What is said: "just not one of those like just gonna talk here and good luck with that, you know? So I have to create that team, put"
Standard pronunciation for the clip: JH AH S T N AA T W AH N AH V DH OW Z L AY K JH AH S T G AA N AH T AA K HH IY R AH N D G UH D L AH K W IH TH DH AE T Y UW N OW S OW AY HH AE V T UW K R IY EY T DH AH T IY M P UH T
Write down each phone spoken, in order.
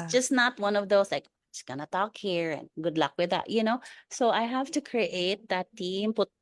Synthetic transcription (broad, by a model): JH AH S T N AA T W AH N AH V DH OW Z L AY K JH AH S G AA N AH T AA K HH IY R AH N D G UH D L AH K W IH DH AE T Y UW N OW S OW AY HH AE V T UW K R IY EY T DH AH T IY M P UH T